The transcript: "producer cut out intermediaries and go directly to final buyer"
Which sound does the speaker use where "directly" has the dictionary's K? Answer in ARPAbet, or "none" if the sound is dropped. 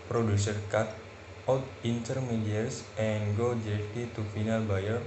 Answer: none